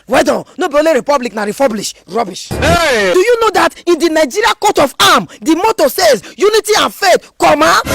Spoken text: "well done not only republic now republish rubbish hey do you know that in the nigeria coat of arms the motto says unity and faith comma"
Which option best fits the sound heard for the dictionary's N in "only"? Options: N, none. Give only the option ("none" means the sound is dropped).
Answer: none